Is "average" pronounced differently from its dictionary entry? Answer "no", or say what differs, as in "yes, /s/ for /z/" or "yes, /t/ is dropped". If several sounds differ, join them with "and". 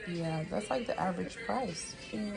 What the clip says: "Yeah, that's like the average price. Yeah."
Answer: no